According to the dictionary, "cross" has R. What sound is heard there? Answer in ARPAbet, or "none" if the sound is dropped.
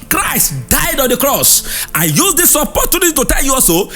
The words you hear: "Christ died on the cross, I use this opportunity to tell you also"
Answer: R